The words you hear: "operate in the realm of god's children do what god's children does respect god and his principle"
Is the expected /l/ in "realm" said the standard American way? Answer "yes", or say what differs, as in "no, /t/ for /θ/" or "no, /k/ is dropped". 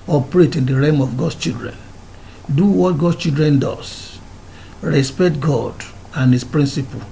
no, /l/ is dropped